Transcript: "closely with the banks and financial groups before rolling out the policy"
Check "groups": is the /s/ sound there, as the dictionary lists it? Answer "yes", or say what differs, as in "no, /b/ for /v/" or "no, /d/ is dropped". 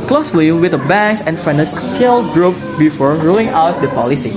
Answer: no, /s/ is dropped